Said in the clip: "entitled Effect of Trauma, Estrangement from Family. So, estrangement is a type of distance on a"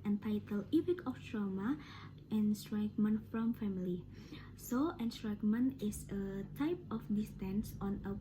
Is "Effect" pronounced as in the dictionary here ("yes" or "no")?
no